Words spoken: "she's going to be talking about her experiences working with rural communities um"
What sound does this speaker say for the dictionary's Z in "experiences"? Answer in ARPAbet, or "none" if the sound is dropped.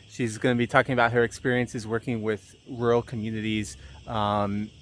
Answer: Z